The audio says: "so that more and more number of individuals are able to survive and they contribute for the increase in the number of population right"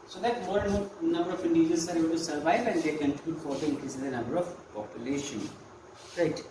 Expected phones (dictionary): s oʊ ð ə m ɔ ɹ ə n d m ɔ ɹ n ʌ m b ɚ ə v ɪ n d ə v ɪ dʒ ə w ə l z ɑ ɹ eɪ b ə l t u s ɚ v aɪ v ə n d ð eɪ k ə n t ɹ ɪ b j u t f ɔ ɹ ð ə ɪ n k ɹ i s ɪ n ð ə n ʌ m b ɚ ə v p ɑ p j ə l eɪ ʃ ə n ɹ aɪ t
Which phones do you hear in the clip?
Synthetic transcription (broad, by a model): s oʊ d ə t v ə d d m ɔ n ʌ m b ɚ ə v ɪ n d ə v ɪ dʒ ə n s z ɑ ɹ eɪ b ə l t u s ɚ v aɪ v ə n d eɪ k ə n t ɪ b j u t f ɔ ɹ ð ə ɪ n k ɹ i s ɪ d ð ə n ʌ m b ɚ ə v p ɑ p j ə l eɪ ʃ ə n ɹ aɪ t